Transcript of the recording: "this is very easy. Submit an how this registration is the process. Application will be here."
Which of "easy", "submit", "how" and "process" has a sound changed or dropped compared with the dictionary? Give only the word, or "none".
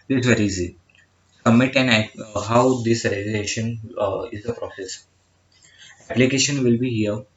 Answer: submit